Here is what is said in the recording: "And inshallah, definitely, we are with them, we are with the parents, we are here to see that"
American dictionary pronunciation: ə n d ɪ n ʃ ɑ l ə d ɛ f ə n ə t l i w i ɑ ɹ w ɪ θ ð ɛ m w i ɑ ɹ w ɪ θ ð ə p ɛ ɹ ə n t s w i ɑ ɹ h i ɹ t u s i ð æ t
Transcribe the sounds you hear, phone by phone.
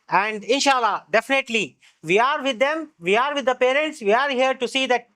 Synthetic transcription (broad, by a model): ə n d ɪ n ʃ ɑ l ə d ɛ f ə n ə t l i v i ɑ ɹ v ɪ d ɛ m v i ɑ ɹ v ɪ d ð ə p ɛ ɹ ə n t s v i ɑ ɹ h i ɹ t u s i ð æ t